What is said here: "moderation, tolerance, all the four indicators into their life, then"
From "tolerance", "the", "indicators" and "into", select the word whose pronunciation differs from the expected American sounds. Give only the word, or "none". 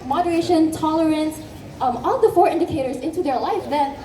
none